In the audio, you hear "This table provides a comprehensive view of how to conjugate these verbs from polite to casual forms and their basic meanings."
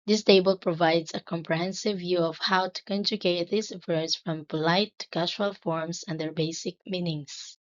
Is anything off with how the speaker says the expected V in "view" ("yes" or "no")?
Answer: no